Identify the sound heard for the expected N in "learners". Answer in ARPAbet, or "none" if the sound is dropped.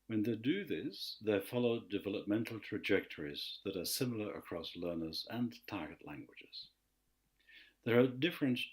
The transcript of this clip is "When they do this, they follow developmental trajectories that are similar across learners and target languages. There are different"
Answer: N